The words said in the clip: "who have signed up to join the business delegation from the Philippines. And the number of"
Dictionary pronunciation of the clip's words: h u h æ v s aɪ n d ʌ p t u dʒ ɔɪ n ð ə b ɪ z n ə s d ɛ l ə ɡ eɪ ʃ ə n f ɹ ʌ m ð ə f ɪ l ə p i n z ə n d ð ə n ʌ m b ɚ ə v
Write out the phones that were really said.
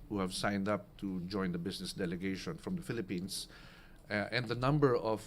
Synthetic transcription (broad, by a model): h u h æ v s aɪ n d ʌ p t u dʒ ɔɪ n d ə b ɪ s n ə s d ɛ l ə ɡ eɪ ʃ ə n f ɹ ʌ m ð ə f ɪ l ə p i n s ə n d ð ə n ʌ m b ɚ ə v